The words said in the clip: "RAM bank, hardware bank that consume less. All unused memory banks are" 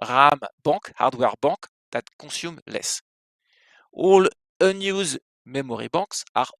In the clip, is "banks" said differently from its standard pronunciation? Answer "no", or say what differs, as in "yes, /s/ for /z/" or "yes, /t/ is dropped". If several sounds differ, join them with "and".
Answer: yes, /ŋ/ is dropped